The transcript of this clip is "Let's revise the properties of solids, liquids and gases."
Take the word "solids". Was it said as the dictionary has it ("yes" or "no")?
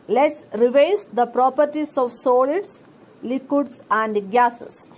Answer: no